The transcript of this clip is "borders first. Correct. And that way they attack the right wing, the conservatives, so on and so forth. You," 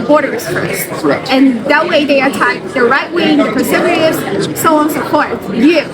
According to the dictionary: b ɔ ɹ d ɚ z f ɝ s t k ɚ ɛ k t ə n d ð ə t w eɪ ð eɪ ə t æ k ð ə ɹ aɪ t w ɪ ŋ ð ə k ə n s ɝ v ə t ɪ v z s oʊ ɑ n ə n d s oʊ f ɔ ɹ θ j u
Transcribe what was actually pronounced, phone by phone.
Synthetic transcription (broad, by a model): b ɔ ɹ d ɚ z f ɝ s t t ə n ð ə t w eɪ ð eɪ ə t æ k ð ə ɹ aɪ t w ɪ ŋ ð ə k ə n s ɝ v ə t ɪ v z s oʊ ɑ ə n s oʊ p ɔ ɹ t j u